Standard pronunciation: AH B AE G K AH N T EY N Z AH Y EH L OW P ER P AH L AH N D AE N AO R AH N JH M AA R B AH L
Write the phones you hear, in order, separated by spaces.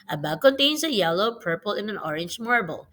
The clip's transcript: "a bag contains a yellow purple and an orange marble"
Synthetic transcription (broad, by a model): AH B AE K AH N T EY N S AH Y EH L OW P ER P AH L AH N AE N AO R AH N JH M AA R B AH L